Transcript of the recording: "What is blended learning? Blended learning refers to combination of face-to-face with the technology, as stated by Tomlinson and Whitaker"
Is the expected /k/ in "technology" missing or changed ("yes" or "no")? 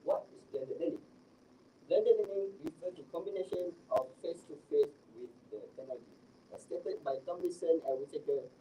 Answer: yes